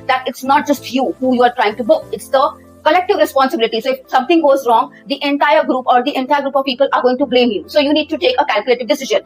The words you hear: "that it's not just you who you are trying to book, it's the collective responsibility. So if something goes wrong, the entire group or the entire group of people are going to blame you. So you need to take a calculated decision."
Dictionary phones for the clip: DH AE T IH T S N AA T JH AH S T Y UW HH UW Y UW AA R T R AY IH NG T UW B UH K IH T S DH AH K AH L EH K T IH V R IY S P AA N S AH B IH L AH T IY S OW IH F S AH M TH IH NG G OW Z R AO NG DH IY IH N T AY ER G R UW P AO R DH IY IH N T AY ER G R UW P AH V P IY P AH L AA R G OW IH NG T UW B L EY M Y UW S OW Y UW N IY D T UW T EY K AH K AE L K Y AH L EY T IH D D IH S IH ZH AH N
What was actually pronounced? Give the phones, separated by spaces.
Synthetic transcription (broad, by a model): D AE T IH T S N AA T JH AH S T Y UW HH UW Y UW AA R T R AY IH NG T UW B UH K IH T S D AH K AH L EH K T IH V R IY S P AA N S AH B IH L AH T IY S OW IH F S AH M T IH NG G OW Z R AO NG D IY IH N T AY ER G R UW P AO R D IY IH N T AY ER G R UW P AH V P IY P AH L AA R G OW IH NG T UW B L EY M Y UW S OW Y UW N IY D T UW T EY K AH K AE L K Y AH L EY T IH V D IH S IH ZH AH N